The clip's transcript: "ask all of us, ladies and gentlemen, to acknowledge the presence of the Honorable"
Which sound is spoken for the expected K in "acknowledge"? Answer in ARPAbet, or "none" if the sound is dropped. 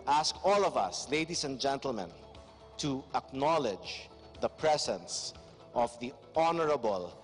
K